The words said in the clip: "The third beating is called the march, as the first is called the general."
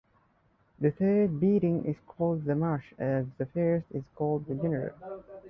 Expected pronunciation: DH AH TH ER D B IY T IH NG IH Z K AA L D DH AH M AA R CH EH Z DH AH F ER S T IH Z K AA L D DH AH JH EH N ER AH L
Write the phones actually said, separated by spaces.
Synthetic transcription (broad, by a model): DH AH TH ER D B IY T IH NG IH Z K AA L D DH AH M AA R SH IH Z DH AH F ER S T IH Z K AA L D DH AH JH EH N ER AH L